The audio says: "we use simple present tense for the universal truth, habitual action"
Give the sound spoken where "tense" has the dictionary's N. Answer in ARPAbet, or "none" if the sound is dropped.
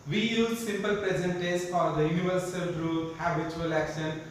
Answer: none